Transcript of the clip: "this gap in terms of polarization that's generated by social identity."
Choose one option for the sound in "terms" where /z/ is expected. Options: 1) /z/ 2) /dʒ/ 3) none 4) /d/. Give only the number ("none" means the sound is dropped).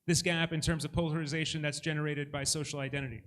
1